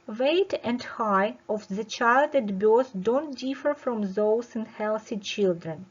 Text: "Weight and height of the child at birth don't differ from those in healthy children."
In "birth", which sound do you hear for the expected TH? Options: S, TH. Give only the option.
S